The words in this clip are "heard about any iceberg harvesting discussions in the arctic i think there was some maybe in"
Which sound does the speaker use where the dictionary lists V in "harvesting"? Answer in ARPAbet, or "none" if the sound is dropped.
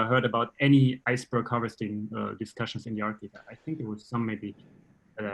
none